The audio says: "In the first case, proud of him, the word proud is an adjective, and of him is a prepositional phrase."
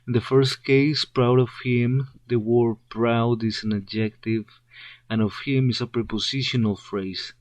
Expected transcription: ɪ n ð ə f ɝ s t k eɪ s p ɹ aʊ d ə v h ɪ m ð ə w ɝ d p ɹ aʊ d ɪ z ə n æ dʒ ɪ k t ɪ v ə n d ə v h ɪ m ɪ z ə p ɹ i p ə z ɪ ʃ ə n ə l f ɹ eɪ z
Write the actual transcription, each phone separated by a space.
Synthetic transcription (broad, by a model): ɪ n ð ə f ɝ s t k eɪ s p ɹ aʊ d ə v h ɪ m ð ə w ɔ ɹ p ɹ aʊ d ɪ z ə n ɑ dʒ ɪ k t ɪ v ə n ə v h ɪ m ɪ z ə p ɹ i p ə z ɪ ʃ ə n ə l f ɹ eɪ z